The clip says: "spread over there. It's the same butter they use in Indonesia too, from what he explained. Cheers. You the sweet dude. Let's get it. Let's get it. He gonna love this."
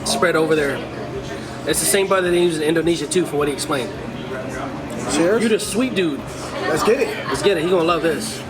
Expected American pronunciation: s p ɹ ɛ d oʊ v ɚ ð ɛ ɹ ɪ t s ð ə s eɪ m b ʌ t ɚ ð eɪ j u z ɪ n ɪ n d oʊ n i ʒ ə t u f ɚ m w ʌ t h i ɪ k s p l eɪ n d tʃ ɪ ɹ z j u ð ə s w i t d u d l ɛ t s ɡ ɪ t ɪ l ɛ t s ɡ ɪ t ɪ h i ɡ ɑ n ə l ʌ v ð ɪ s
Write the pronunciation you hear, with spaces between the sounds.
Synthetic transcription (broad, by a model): s p ɹ ɛ d oʊ v ɚ ð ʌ ɹ ɪ t s ð ə s eɪ m b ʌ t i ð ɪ j u z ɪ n ɪ n d oʊ n i ʒ ə t u f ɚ w ʌ t h i ɪ k s p l eɪ n d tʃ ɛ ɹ j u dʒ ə s w i t d u d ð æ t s ɡ ɪ t ɪ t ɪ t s ɡ ɪ t ɪ h i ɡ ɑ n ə l ʌ v ð ɪ s